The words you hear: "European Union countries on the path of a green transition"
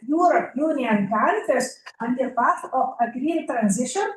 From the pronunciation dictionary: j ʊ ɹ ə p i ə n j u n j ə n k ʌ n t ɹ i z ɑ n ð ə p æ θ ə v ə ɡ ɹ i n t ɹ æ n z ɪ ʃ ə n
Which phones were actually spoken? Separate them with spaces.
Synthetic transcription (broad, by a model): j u ɹ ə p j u n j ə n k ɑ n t i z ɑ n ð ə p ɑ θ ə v ə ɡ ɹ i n t ɹ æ n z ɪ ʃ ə n